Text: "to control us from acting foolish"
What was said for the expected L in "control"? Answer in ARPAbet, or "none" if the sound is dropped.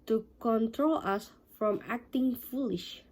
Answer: L